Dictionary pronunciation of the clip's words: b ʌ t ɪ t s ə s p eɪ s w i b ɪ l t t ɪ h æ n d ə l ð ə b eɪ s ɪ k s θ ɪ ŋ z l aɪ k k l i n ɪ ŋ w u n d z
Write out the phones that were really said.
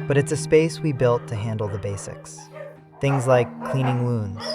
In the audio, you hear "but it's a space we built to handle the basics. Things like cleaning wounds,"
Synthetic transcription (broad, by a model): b ʌ t ɪ t s ə s p eɪ s w i b ɪ l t t ɪ h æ n d l ð ə b eɪ s ɪ k s θ ɪ ŋ z l aɪ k k l i n ɪ ŋ w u n d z